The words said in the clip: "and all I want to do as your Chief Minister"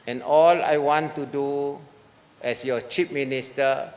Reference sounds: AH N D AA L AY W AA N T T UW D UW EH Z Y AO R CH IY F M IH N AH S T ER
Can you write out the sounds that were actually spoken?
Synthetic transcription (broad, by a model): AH N AA L AY W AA N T T UW D UW EH S Y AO CH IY P M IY N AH S T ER